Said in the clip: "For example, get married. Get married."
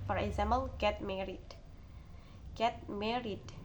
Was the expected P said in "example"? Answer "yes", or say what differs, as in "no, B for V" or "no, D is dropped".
no, B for P